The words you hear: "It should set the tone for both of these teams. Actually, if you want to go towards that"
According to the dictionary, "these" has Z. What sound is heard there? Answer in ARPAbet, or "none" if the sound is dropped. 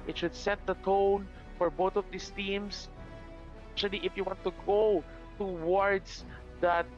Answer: S